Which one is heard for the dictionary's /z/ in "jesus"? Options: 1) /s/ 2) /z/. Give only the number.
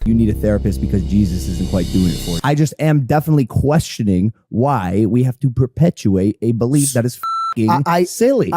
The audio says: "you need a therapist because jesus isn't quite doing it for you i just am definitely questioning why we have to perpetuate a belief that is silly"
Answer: 2